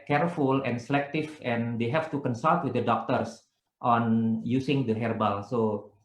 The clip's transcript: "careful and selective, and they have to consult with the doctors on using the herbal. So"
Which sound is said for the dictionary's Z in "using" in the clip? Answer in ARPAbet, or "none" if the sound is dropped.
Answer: S